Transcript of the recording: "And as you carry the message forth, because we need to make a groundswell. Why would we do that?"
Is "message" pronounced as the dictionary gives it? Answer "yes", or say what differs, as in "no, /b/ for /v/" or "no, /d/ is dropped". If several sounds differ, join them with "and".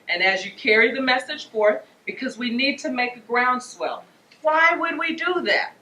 no, /ʒ/ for /dʒ/